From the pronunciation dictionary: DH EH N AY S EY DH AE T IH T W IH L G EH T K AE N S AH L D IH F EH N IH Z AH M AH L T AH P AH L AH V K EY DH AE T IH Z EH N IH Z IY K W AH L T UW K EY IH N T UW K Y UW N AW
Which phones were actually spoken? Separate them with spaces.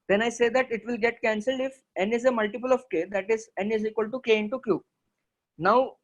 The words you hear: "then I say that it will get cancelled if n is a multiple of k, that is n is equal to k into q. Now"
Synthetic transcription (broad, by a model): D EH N AY S EY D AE T IH T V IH L G EH T K AE N S AH L D IH F EH N IH Z AH M AH L T AH P AH L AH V K EY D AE T IH Z EH N IH Z IY K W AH L T UW K EY IH N T UW K Y UW N AW